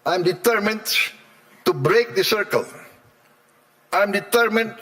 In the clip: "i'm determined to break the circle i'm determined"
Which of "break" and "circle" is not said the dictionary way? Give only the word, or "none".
none